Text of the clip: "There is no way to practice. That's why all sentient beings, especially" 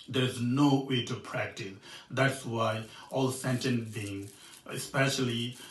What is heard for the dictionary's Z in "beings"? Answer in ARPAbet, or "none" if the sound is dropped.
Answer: none